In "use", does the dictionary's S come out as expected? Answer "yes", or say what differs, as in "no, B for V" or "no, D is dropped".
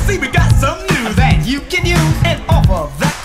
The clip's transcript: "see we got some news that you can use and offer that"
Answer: no, S is dropped